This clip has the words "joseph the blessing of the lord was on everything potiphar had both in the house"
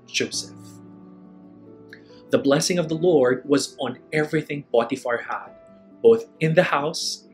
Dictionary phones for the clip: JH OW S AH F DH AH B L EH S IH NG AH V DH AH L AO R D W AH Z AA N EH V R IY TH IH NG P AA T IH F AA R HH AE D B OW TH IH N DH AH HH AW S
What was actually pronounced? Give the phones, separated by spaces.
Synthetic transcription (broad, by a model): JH OW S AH F DH AH B L EH S IH NG AH V DH AH L AO R D W AH Z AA N EH V R IY TH IH NG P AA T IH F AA R HH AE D B OW TH IH N DH AH HH AW S